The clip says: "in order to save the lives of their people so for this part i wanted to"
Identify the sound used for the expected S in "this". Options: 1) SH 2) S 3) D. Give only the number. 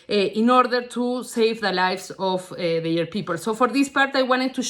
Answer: 2